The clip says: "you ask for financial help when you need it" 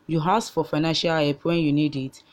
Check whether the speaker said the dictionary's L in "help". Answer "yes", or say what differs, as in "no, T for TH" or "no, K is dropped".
no, L is dropped